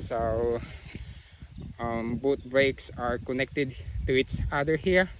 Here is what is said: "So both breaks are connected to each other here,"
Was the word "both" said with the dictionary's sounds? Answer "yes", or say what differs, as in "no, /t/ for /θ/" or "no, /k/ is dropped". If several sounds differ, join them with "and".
no, /t/ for /θ/